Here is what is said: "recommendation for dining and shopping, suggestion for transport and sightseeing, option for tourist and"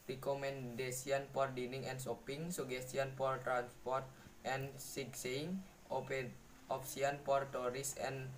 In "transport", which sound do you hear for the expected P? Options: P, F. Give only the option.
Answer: P